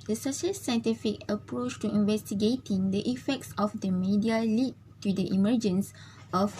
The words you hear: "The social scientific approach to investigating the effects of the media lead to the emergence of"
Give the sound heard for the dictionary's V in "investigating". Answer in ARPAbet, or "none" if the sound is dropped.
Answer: V